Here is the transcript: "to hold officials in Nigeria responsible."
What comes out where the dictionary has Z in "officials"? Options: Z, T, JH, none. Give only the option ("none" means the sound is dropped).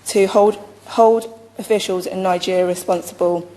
Z